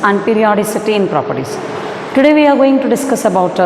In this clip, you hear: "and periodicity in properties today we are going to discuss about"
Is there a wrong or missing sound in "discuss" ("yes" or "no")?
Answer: no